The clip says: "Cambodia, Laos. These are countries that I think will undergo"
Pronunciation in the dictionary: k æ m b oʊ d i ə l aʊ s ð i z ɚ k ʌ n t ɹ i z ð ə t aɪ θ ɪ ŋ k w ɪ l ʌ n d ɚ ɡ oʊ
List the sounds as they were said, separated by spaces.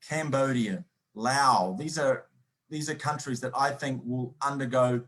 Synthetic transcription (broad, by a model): k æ m b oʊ d i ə l aʊ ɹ ð i z ɚ k ʌ n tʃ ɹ i z ð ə t aɪ θ ɪ ŋ k w ɪ l ʌ n d ɚ ɡ oʊ